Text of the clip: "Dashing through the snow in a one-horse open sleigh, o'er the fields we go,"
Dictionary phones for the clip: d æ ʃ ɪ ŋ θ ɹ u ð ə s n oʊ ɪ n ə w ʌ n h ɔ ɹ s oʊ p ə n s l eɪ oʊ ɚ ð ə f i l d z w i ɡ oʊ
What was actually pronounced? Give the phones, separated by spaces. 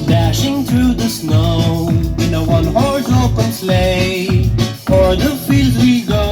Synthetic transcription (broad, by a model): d æ ʃ ɪ ŋ θ ɹ u ð ə s n oʊ ɪ n ə w ʌ n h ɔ ɹ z oʊ p ə n s l eɪ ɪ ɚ ð ə f i l d z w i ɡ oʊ